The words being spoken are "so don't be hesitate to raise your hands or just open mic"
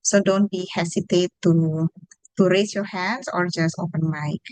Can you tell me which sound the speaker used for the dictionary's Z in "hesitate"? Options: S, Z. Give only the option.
S